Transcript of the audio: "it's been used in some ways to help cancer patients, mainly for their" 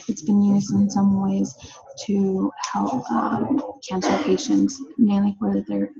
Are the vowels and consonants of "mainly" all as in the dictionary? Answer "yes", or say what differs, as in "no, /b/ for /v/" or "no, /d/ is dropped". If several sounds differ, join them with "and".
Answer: no, /w/ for /l/